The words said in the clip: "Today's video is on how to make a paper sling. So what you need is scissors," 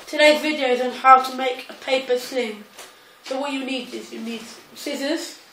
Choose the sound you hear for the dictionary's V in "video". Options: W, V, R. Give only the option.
V